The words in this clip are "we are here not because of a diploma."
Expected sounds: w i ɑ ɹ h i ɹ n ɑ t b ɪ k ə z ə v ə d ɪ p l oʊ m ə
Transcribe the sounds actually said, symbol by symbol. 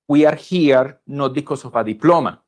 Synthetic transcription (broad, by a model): w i ɑ ɹ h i ɹ n ɑ t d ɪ k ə s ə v ə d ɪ p l oʊ m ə